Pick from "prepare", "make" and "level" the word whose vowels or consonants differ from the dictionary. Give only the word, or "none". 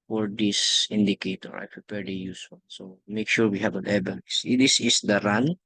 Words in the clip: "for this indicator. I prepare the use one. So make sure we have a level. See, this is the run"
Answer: level